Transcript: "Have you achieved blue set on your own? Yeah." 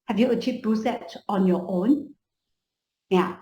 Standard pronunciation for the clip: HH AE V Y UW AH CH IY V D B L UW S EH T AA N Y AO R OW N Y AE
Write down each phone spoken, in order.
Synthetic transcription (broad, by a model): HH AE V Y UW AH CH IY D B UW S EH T AA N Y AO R OW N Y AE